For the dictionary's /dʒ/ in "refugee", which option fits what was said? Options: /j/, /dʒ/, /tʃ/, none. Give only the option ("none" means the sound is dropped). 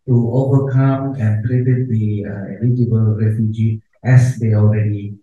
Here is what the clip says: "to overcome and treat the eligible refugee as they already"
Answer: /dʒ/